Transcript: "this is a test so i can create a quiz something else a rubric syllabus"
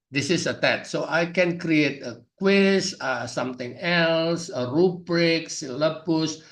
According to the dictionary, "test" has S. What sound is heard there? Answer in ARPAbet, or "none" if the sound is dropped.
none